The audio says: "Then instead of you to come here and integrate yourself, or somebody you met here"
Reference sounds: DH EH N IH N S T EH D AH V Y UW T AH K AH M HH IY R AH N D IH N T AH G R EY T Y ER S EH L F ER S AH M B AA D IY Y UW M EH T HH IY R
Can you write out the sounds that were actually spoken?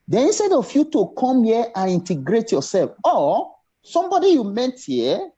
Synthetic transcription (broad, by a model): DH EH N IH N S T EH D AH F Y UW T AH K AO M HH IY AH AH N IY N T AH G R EY T Y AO S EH L F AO S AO M B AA D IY Y UW M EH T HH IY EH